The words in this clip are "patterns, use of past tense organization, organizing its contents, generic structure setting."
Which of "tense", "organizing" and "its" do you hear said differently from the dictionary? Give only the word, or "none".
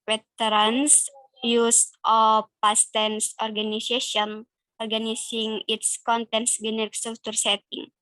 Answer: organizing